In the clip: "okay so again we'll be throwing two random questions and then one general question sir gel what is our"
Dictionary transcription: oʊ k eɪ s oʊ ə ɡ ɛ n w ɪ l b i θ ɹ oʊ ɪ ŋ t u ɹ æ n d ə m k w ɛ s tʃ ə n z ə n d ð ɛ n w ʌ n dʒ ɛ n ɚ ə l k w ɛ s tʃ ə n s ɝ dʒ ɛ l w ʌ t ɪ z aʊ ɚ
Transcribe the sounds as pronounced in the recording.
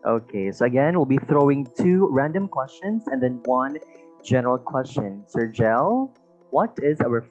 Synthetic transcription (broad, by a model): oʊ k eɪ s oʊ ə ɡ ɛ n w ɪ l b i θ ɹ oʊ ɪ ŋ t u ɹ æ n d ə m k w ɛ s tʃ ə n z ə n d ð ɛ n w ʌ n dʒ ɛ n ɚ ə l k w ɛ s tʃ ə n s ɝ dʒ ɛ l w ʌ t ɪ z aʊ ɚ